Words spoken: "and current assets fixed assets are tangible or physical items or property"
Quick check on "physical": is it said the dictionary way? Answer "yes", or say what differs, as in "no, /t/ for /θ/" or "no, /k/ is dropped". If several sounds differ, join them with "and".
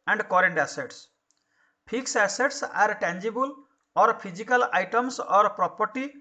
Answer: no, /p/ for /f/